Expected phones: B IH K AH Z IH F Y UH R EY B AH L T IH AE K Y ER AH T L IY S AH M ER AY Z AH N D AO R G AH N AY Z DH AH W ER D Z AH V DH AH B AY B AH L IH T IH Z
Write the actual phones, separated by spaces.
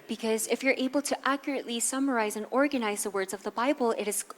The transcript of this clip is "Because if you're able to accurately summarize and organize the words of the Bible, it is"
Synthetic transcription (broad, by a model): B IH K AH Z IH F Y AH R EY B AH L T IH AE K Y ER AH T L IY S AH M ER AY Z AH N AO R G AH N AY Z DH AH W ER D Z AH V DH AH B AY B L IH T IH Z